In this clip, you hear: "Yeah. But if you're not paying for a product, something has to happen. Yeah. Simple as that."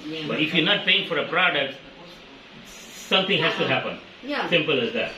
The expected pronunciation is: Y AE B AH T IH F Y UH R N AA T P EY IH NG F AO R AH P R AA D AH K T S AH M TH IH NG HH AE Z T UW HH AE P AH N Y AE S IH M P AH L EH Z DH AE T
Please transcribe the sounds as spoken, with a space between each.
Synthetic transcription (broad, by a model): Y B AH T IH F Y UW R N AA T P EY IH NG F AO R AH P R AA D AH K T S AH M T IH NG HH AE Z T UW HH AE P AH N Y S IH M P AH L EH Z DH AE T